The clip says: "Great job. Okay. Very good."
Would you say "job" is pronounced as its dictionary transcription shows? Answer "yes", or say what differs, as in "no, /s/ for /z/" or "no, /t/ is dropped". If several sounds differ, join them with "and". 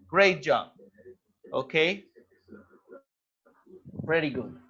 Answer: no, /b/ is dropped